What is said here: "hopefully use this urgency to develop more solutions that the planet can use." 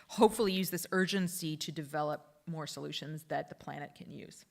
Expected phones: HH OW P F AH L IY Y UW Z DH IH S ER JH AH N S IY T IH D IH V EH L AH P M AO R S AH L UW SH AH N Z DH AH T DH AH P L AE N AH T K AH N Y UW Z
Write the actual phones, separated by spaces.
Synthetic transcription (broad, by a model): HH OW P F L IY Y UW Z DH IH S ER JH AH N S IY T IH D IH V EH L AH P M AO R S AH L UW SH AH N Z DH AH T DH AH P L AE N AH T K AH N Y UW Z